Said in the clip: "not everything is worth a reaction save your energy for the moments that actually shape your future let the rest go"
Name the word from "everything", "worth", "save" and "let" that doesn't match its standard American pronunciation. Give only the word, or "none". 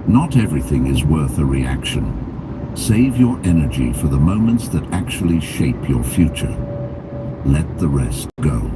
none